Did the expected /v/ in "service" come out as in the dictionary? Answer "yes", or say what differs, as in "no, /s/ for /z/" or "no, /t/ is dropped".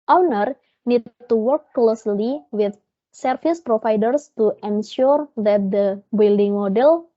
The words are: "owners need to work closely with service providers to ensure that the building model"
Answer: no, /f/ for /v/